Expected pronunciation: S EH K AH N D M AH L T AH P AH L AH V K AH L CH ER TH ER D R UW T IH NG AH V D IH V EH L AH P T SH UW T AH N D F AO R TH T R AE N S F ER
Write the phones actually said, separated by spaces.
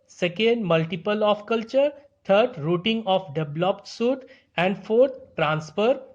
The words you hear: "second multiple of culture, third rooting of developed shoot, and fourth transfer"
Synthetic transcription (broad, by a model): S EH K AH N D M AH L T AH P AH L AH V K AH L CH ER T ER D R UW T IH NG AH F D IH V L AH P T S UW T AH N D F AO R T T R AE N S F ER